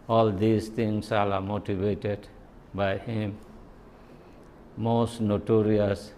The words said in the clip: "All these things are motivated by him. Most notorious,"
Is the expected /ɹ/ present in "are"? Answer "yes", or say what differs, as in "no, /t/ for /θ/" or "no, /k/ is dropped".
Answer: no, /l/ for /ɹ/